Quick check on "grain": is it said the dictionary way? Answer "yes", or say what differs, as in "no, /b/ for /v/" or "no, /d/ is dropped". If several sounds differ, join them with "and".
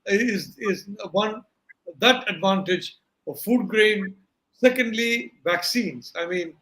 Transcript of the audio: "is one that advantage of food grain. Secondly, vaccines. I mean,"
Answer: yes